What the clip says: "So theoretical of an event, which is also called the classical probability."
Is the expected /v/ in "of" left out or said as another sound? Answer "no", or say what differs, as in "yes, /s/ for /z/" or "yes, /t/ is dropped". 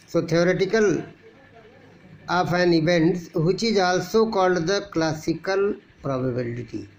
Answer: yes, /p/ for /v/